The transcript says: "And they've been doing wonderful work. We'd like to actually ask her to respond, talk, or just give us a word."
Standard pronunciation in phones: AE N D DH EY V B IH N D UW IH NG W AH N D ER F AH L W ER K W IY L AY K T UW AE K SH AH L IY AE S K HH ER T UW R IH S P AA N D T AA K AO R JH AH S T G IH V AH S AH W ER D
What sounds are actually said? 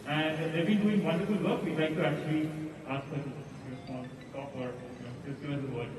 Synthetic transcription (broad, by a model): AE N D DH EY B IH N D UW IH NG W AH N D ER F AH L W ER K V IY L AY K T UW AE K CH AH L IY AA S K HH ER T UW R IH S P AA N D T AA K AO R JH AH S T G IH AH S AH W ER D